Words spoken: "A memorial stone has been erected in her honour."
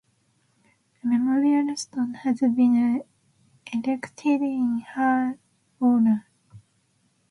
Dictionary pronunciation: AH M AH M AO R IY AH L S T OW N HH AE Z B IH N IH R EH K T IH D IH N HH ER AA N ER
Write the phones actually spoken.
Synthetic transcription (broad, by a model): AH M AH M AO R IY AH L S T OW N HH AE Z B IH N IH L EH K T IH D IH N HH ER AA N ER